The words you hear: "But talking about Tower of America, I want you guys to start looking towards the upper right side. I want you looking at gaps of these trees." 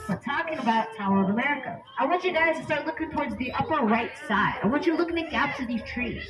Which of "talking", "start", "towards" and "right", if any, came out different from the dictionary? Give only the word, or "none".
none